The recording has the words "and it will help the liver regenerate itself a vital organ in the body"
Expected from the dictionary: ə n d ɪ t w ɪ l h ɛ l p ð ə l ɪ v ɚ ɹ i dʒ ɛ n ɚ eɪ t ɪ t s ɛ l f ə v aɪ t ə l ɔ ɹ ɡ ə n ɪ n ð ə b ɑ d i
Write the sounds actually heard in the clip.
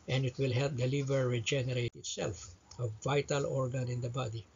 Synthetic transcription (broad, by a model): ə n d ɪ t w ɪ l h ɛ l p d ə l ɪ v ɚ ɹ i dʒ ɛ n ɚ eɪ t ɪ t s ɛ l f ə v aɪ t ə l ɔ ɹ ɡ ə n ɪ n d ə b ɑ d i